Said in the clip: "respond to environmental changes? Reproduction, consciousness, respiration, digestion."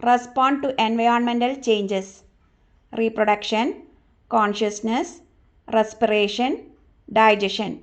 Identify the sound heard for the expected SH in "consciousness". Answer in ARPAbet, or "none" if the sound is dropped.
SH